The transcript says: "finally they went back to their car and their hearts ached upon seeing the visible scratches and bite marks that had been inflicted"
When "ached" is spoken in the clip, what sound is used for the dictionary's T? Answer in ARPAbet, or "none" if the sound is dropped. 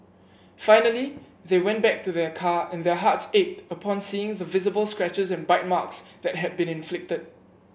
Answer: T